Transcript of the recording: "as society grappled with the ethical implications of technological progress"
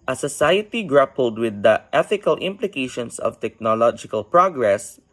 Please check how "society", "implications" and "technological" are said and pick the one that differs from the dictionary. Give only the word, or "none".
implications